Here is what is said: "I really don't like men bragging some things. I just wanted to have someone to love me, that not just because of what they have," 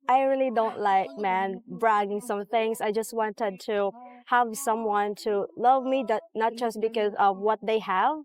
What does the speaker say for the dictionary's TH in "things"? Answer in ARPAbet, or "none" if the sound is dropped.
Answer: TH